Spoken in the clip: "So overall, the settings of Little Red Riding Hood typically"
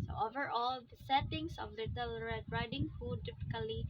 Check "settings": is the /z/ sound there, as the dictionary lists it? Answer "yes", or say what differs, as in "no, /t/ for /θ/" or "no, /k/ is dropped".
no, /s/ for /z/